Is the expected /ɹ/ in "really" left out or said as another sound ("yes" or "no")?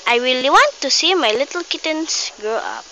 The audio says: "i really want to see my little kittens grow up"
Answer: yes